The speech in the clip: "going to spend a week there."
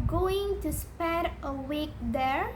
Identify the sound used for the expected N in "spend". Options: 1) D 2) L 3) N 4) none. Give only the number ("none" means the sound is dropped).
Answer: 4